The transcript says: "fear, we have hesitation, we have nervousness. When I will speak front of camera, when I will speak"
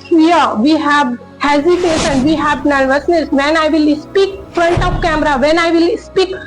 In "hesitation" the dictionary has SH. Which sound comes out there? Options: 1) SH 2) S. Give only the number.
2